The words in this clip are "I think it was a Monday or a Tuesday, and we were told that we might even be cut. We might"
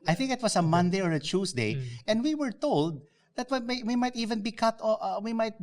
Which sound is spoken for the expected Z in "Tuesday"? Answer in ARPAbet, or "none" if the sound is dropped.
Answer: S